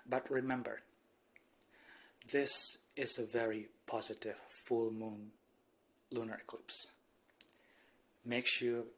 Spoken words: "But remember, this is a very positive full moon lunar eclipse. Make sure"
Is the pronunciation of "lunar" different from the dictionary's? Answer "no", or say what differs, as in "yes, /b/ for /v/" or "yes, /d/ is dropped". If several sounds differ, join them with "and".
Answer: no